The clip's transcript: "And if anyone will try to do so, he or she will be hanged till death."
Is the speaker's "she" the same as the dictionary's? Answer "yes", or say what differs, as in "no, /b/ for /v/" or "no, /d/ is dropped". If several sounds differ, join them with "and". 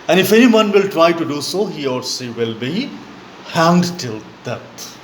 no, /s/ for /ʃ/